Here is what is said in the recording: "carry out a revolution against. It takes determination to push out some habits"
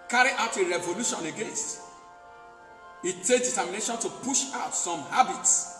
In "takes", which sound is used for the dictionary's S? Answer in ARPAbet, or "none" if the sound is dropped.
none